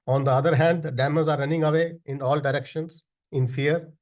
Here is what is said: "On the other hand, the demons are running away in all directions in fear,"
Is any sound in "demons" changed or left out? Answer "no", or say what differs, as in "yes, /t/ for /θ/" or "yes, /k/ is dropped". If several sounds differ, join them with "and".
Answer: yes, /n/ is dropped